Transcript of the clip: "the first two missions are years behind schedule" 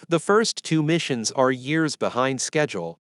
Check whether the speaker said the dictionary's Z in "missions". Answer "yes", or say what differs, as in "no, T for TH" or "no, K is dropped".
yes